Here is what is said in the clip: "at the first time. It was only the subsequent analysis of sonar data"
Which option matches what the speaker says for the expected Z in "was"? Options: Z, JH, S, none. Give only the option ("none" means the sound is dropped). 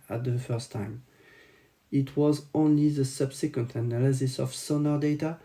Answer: Z